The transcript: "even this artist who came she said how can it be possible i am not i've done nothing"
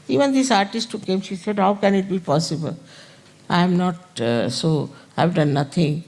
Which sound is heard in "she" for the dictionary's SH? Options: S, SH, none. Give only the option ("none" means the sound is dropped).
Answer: SH